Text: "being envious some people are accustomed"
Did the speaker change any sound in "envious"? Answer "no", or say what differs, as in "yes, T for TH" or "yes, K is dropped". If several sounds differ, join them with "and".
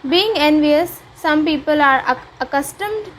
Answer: no